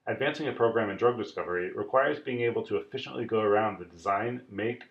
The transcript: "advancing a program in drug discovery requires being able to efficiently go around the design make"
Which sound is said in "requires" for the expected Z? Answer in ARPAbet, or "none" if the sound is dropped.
Z